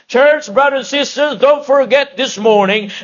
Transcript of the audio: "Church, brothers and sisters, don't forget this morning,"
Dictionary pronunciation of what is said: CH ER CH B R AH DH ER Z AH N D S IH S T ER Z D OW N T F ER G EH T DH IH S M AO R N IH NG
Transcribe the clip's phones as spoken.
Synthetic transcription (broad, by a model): CH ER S B R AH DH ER AH N S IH S T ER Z D OW N T F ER G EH T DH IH S M AO R N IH NG